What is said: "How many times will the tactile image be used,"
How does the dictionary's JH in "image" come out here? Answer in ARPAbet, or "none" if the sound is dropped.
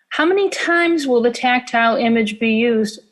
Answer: JH